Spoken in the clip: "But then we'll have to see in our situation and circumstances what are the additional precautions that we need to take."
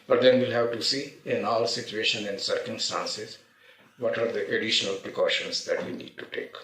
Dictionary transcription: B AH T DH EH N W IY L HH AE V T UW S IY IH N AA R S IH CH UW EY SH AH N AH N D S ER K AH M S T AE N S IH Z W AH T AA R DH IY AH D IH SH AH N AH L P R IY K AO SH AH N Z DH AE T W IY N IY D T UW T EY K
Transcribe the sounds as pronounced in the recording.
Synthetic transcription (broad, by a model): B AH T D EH N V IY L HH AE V T UW S IY IH N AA L S IH CH UW EY SH AH N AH N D S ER K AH M S T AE N S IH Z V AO T AA R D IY AH D IH SH AH N AH L P R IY K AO SH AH N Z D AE T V IY N IY D T UW T EY K